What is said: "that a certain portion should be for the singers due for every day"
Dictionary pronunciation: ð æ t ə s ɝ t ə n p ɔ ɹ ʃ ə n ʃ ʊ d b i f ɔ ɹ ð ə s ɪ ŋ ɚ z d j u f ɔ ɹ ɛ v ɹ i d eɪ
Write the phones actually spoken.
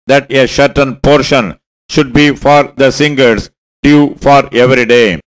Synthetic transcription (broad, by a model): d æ t ə ʃ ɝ t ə n p ɔ ɹ ʃ ə n ʃ ʊ d b i f ɔ ɹ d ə s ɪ ŋ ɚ s d j u f ɔ ɹ ɛ v ɹ i d eɪ